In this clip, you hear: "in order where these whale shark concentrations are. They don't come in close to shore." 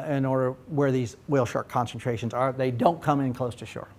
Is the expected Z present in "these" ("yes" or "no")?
yes